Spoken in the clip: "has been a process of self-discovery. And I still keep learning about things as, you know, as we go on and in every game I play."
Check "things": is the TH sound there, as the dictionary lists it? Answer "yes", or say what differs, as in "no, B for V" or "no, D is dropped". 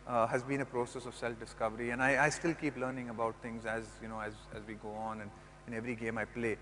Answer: no, T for TH